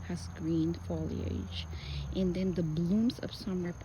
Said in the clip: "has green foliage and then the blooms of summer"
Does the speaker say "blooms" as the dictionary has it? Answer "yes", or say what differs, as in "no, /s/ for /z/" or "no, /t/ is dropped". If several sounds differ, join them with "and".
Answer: yes